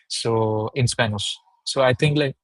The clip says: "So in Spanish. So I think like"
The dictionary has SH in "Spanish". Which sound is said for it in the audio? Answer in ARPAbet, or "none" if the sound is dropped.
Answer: S